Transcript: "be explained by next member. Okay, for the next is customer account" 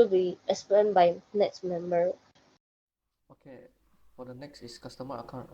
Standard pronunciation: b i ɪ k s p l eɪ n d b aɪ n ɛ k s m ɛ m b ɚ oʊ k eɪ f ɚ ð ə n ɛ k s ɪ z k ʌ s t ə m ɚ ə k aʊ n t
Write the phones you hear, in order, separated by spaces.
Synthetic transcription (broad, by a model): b i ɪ s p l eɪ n b aɪ n ɛ k s m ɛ m b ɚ oʊ k eɪ f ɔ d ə n ɛ k s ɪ s k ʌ s t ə m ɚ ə k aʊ n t